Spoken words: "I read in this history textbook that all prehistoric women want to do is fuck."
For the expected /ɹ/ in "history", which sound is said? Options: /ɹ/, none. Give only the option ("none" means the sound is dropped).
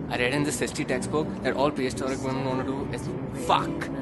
none